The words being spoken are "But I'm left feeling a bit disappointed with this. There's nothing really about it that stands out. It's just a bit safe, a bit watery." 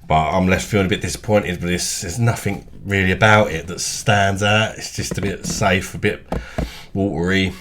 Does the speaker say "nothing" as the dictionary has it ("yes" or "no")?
yes